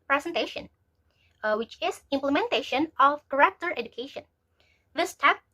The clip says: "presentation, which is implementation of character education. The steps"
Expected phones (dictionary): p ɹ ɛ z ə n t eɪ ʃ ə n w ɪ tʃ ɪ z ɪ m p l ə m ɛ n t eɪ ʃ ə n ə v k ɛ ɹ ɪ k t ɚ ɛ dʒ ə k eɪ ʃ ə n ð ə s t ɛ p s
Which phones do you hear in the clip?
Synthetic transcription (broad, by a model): p ɹ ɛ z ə n t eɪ ʃ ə n w ɪ tʃ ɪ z ɪ m p l ə m ɛ n t eɪ ʃ ə n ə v k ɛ ɹ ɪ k t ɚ ɛ dʒ ə k eɪ ʃ ə n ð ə s t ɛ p